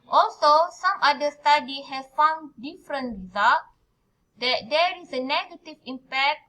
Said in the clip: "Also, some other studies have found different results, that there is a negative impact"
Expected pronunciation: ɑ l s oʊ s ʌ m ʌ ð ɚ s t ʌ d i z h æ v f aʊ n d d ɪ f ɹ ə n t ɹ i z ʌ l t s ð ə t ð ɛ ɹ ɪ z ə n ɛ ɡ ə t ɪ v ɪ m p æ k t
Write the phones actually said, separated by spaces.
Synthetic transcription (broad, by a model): ɑ l s oʊ s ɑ m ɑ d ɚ s t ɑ d i h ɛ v f aʊ n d d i f ɹ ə n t ɹ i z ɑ l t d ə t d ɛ ɹ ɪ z ə n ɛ ɡ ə t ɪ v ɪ m p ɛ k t